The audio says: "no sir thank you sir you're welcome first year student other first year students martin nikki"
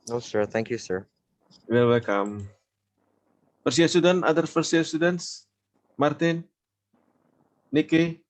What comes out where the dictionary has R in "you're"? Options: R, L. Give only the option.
L